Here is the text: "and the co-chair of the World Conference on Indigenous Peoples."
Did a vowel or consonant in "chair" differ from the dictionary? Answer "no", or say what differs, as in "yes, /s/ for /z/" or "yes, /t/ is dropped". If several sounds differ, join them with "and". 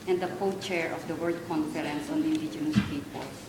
no